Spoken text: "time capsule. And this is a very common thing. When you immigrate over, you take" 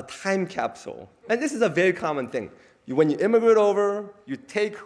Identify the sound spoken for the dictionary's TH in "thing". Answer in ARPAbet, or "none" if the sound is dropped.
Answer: TH